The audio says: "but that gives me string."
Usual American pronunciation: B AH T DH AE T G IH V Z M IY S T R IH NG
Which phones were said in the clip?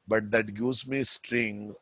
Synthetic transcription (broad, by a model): B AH T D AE T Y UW Z M IY S T R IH NG